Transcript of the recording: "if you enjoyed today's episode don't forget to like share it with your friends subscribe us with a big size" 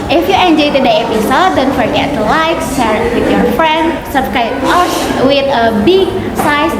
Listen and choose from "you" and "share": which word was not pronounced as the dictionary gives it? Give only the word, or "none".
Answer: share